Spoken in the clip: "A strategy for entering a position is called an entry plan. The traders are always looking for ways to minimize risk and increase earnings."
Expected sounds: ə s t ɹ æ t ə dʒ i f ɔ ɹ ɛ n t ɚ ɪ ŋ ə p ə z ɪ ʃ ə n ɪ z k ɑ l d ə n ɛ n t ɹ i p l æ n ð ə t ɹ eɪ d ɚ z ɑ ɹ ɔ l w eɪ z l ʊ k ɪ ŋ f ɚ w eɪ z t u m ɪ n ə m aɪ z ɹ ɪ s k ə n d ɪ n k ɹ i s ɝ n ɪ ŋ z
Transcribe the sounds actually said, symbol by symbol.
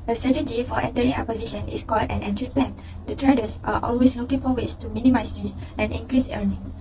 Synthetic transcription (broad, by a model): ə s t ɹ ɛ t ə dʒ i f ɔ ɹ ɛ n t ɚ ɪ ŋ ə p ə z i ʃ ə n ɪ s k ɑ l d ə n ɛ n t ɹ i p l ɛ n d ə t ɹ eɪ d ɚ s ɑ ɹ ɔ l w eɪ s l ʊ k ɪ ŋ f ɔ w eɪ s t u m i n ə m aɪ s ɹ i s ə n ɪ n k ɹ i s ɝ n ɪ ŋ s